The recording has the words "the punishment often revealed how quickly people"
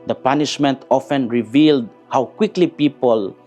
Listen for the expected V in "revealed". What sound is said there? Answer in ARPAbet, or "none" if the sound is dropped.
V